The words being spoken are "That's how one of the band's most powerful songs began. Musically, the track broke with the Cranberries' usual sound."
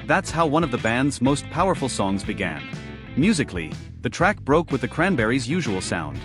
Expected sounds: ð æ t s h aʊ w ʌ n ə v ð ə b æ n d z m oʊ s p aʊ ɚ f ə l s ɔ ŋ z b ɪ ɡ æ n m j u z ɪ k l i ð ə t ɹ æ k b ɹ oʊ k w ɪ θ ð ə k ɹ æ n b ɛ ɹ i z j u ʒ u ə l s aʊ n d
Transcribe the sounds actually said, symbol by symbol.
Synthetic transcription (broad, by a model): ð æ t s h aʊ w ʌ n ə v ð ə b æ n d z m oʊ s p aʊ ɚ f l s ɔ ŋ z b ɪ ɡ æ n m j u z ɪ k l i ð ə t ɹ æ k b ɹ oʊ k w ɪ ð ə k ɹ æ n b ɛ ɹ i z j u ʒ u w l s aʊ n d